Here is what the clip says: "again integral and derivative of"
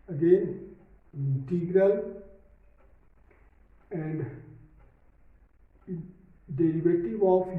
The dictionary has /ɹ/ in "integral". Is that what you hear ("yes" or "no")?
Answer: yes